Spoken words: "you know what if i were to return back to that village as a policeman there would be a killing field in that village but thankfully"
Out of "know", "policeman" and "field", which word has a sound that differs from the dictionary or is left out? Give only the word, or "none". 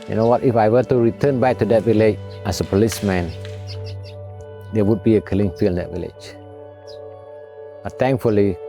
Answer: field